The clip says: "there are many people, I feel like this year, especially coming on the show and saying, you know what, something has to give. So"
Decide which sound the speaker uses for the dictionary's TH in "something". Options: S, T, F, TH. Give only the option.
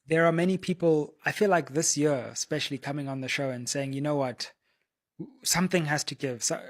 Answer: TH